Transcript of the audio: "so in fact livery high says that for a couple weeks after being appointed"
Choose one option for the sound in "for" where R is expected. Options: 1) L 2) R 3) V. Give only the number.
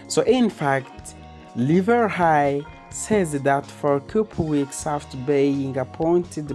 2